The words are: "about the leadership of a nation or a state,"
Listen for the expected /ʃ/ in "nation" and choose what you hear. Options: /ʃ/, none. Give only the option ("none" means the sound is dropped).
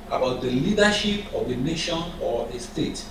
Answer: /ʃ/